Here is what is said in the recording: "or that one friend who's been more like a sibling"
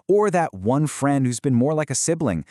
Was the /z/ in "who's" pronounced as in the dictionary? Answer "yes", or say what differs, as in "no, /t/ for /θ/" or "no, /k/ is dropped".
yes